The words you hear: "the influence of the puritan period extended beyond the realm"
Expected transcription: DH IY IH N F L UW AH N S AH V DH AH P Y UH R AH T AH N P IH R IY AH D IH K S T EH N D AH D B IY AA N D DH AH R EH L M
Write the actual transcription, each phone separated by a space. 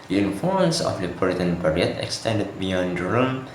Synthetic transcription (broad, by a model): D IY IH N F UW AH N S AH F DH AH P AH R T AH N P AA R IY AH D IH K S T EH N D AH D B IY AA N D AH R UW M